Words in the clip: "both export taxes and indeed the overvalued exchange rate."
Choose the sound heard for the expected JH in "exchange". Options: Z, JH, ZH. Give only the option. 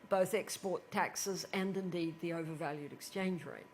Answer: JH